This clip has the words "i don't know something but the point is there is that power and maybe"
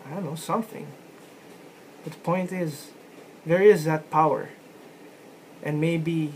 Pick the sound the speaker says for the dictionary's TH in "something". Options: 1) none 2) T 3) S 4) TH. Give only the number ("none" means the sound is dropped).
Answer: 4